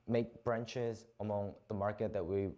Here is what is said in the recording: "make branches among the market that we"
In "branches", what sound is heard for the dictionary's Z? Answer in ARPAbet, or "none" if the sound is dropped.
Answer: Z